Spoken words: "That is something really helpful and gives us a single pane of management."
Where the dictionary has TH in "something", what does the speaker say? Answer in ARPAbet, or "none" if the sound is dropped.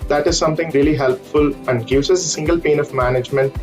T